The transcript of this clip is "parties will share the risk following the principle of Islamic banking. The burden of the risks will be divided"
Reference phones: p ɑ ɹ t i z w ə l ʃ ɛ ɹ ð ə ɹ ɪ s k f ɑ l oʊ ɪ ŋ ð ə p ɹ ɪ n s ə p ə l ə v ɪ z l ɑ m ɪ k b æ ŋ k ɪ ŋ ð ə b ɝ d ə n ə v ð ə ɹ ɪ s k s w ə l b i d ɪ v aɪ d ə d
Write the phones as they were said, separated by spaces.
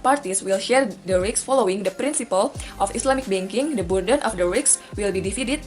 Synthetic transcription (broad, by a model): p ɑ ɹ t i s w ə l ʃ ɛ ɹ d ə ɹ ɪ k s f ɑ l oʊ ɪ ŋ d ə p ɹ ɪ n s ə p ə l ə f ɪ s l ɑ m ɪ k b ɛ ŋ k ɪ ŋ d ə b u d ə n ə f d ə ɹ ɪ k s w ə l b i d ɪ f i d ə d